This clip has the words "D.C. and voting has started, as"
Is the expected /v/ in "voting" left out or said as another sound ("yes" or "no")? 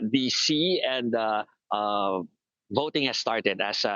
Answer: no